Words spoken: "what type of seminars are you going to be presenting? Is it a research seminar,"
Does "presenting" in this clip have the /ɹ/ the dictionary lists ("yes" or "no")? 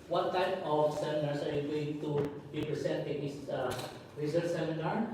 no